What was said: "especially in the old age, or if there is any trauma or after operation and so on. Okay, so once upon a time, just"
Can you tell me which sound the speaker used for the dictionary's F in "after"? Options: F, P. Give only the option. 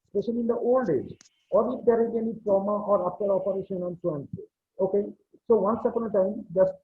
P